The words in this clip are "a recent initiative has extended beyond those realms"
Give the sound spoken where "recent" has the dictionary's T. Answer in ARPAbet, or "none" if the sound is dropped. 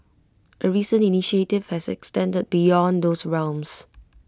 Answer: none